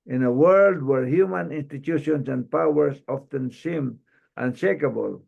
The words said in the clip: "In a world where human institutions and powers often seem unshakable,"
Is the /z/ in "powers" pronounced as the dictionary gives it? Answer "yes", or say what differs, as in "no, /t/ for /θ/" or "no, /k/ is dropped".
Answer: no, /s/ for /z/